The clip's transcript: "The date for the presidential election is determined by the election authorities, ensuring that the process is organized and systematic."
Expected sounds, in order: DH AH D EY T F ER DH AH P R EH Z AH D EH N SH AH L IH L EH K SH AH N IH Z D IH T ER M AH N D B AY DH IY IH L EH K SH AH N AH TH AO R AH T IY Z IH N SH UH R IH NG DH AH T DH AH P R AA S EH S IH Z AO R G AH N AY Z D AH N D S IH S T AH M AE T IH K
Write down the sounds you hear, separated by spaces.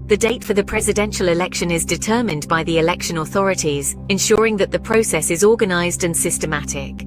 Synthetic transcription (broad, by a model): DH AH D EY T F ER DH AH P R EH Z AH D EH N SH AH L IH L EH K SH AH N IH Z D IH T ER M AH N B AY DH IY IH L EH K SH AH N AH TH AO R AH T IY Z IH N SH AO R IH NG DH AH T DH AH P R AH S EH S IH Z AO G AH N AY Z D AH N S IH S T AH M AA T IH K